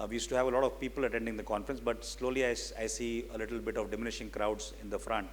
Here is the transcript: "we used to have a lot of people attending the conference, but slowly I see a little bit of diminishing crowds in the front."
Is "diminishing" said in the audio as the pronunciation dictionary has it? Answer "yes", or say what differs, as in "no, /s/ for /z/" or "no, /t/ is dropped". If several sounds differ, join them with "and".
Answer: yes